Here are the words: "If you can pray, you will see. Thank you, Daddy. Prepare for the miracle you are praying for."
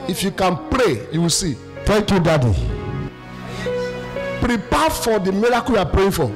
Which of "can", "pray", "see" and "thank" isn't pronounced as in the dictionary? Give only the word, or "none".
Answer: thank